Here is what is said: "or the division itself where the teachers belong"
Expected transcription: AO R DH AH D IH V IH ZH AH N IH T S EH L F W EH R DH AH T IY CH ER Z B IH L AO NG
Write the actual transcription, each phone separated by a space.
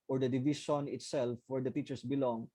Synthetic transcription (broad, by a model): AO R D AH D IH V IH SH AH N IH T S EH L F W EH R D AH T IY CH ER S B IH L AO NG